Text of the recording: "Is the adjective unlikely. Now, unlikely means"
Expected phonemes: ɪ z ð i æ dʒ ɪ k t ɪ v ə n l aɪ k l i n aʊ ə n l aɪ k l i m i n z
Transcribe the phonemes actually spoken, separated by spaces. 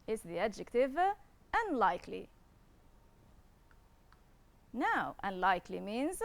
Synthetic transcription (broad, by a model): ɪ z ð i æ dʒ ɪ k t ɪ v ə n l aɪ k l i n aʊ ə n l aɪ k l i m i n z